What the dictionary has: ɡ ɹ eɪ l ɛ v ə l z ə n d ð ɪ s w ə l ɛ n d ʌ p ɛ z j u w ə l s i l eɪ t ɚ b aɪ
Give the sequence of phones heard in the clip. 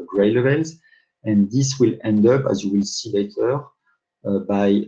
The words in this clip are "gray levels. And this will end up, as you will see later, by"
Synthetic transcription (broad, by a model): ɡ ɹ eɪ l ɛ v ə l z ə n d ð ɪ s w ə l ɛ n d ʌ p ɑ z j u w ə l s i l eɪ t ɚ b aɪ